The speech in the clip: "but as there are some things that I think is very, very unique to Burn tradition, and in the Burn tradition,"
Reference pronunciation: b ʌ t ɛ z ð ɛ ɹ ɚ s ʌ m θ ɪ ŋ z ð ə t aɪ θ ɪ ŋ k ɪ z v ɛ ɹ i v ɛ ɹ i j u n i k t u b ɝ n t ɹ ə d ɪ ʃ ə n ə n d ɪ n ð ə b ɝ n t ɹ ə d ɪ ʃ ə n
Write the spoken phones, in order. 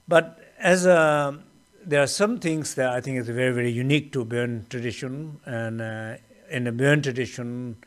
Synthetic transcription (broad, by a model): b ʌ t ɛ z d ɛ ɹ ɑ s ʌ m t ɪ ŋ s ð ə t aɪ t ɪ ŋ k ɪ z v ɛ ɹ i v ɛ ɹ i j u n i k t u b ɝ n t ɹ ə d ɪ ʃ ə n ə n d ɪ n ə b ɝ n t ɹ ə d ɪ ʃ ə n